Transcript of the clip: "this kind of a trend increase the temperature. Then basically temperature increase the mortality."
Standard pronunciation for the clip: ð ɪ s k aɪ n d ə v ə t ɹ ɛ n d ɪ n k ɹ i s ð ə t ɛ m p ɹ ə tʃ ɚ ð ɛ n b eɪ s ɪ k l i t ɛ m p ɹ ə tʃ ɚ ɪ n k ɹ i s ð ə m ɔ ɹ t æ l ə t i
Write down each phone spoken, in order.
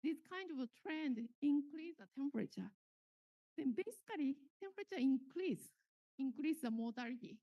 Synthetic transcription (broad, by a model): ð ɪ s k aɪ n d ə v t ɹ ɛ n d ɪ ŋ k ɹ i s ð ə t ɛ m p ɹ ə tʃ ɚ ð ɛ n b eɪ s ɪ k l i t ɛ m p ɹ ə tʃ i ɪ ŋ k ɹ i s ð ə m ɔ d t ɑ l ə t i